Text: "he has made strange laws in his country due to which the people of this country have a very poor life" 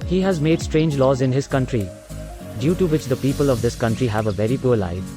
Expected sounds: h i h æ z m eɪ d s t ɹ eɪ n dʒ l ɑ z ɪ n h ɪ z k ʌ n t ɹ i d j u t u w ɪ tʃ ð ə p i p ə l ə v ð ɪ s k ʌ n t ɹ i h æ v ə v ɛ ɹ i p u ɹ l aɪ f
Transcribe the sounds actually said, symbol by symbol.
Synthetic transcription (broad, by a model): h i h æ z m eɪ d s t ɹ eɪ n dʒ l ɑ z ɪ n h ɪ z k ʌ n t ɹ i d j u t u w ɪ tʃ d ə p i p ə l ə v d ɪ s k ʌ n t ɹ i h æ v ə v ɛ ɹ i p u ɹ l aɪ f